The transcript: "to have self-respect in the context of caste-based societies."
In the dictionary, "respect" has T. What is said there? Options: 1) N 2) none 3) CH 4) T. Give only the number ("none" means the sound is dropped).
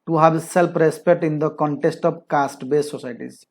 4